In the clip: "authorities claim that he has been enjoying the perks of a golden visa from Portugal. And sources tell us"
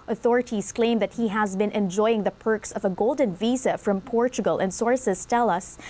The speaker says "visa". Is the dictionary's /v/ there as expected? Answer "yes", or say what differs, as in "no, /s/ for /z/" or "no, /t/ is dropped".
yes